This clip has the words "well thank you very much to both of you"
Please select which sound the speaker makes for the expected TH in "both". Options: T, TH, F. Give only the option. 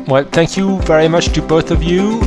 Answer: TH